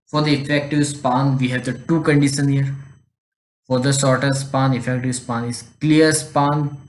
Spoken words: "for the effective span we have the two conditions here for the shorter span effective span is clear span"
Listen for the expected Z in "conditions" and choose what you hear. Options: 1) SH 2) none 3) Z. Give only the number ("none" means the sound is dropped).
2